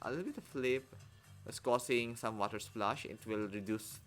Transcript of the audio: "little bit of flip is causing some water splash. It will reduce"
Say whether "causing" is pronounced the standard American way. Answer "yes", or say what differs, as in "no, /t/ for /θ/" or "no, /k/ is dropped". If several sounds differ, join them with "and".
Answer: no, /s/ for /z/